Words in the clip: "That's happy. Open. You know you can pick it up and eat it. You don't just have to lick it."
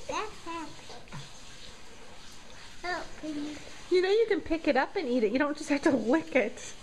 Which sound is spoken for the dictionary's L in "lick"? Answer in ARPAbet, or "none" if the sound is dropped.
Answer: W